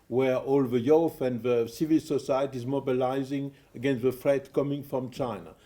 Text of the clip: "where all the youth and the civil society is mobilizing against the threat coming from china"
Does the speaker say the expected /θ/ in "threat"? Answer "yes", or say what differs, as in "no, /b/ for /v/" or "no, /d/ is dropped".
no, /f/ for /θ/